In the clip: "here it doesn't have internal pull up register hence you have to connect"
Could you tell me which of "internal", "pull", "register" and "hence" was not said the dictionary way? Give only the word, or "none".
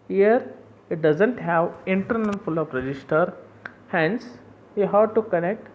pull